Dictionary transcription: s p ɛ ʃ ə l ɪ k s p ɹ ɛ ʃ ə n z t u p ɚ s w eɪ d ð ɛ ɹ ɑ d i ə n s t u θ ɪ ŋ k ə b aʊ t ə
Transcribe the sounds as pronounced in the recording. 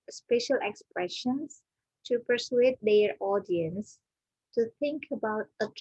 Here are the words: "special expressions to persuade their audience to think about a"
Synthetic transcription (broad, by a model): s p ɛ ʃ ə l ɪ k s p ɹ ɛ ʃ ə n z t u p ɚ s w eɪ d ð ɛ ɹ ɑ d i ə n s t u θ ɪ ŋ k ə b aʊ t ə